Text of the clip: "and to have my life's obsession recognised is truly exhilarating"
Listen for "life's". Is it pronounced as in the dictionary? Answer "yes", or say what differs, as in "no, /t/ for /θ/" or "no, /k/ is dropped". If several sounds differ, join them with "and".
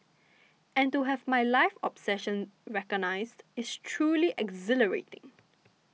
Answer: no, /s/ is dropped